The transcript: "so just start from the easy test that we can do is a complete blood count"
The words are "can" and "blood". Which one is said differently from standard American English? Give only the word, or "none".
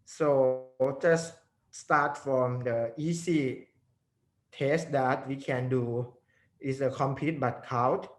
blood